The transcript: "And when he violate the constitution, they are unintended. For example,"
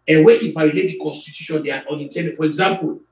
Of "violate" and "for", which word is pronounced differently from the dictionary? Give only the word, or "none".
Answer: violate